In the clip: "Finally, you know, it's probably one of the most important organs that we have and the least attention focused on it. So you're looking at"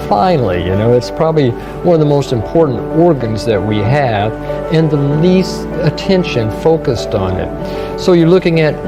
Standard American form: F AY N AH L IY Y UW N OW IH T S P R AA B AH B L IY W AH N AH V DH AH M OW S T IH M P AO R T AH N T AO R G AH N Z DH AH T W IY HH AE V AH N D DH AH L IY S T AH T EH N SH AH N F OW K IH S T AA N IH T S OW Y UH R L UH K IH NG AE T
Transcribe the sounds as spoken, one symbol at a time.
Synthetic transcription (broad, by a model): F AY N L IY Y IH N OW IH T S P R AA B AH B L IY W AH N AH V DH AH M OW S T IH M P AO R T N T AO R G AH N Z DH AH T W IY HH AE V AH N DH AH L IY S T AH T EH N SH AH N F OW K IH S T N IH T S OW Y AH R L UH K IH NG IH T